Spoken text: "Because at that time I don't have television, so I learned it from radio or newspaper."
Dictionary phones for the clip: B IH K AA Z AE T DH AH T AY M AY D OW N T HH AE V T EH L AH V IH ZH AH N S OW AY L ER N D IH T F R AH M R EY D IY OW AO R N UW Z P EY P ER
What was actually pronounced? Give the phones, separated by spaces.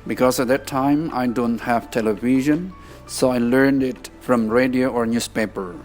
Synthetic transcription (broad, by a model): B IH K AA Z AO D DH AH T AY M AY D OW N T HH AE V T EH L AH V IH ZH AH N S OW AY L ER N D IH T F R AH M R EY D IY OW AO R N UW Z P EY P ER